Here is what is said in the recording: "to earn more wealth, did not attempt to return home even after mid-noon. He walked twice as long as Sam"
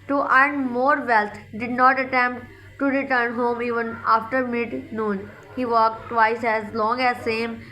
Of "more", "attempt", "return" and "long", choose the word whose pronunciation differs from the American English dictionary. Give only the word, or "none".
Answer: none